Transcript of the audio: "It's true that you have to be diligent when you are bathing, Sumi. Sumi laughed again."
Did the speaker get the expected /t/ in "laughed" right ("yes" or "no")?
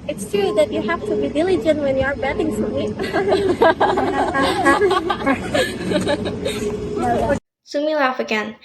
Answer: no